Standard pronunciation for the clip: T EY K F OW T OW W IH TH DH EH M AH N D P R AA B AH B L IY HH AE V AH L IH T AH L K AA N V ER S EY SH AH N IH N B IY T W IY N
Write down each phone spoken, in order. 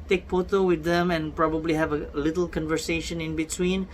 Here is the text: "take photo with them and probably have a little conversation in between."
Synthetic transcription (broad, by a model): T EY K P OW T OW W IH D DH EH M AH N P R AA B AH B L IY HH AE V AH L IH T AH L K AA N V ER S EY SH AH N IH N B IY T W IY N